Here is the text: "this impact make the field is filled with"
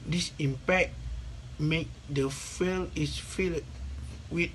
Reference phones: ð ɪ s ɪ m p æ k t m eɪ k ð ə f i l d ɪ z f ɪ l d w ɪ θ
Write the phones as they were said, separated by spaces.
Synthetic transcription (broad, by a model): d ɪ s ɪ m p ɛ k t m eɪ k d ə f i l ɪ s f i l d w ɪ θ